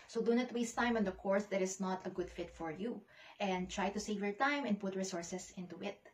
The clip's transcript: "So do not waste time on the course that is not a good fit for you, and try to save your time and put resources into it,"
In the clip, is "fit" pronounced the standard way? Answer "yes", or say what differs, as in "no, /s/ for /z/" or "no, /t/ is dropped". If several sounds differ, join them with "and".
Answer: yes